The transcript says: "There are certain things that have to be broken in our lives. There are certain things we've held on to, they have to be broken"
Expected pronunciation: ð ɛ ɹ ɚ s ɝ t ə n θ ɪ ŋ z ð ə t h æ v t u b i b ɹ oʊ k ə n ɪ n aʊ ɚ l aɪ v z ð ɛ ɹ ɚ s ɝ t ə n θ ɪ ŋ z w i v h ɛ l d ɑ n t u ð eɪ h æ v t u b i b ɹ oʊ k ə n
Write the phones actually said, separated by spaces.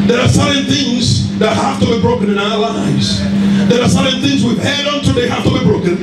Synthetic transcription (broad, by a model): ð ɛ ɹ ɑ s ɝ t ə n θ ɪ ŋ z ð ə t h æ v t u b i b ɹ oʊ k ə n ɪ n aʊ ɚ l aɪ v z ð ɛ ɹ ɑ s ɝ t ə n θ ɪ ŋ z w i v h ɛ d ɑ n t u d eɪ h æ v t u b i b ɹ oʊ k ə n